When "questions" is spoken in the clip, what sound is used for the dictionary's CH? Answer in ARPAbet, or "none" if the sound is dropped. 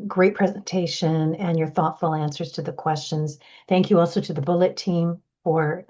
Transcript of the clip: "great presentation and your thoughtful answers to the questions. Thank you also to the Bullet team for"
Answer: CH